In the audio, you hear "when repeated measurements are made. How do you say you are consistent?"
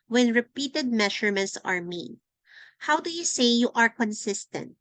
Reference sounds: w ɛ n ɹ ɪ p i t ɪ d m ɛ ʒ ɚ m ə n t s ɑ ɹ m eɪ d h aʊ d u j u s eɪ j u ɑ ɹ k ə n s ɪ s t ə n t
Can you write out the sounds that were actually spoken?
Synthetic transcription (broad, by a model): w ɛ n ɹ ɪ p i t ɪ d m ɛ ʃ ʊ m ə n t s ɑ ɹ m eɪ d h aʊ d u j u s eɪ j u ɑ ɹ k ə n s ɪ s t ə n t